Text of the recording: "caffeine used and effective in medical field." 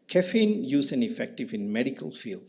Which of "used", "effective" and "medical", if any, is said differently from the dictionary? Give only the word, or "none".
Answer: used